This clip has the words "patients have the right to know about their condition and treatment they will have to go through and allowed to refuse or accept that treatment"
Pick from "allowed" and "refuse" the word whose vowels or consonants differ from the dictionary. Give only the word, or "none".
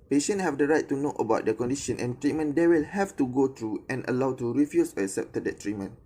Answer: refuse